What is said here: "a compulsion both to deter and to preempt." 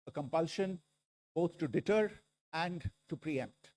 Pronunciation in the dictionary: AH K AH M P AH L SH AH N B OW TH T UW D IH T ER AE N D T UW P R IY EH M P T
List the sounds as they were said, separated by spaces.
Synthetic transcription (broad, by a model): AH K AH M P AH L SH AH N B OW T T UW D IH T ER AE N D T UW P R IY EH M P T